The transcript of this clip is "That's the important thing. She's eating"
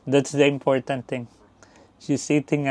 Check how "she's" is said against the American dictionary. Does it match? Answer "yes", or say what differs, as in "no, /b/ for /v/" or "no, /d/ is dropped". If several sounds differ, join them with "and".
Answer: no, /s/ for /z/